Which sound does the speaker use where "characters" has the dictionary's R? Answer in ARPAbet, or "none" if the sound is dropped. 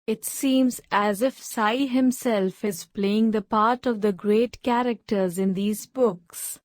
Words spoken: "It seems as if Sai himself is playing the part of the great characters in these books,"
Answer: R